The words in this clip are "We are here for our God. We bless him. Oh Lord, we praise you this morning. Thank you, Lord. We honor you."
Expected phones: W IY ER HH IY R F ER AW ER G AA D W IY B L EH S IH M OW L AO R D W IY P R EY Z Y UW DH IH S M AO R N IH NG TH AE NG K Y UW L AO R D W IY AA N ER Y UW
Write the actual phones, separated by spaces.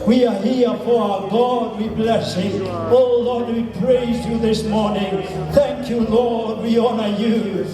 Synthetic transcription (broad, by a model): W IY ER HH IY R F ER AW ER G AA D W IY B L EH S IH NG OW L AO R D W IY P R EY Z Y UW DH IH S M AO R N IH NG TH AE NG K Y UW L AO R D W IY AA N ER Y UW